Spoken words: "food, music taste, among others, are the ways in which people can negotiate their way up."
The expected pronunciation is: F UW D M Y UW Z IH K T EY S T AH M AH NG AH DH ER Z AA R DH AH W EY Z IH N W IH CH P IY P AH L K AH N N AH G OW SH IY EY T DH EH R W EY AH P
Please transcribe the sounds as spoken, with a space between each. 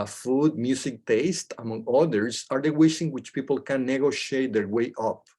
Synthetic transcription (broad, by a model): F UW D M Y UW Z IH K T EY S T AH M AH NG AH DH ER S AA R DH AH W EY S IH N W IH CH P IY P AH L K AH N N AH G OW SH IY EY T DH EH R W EY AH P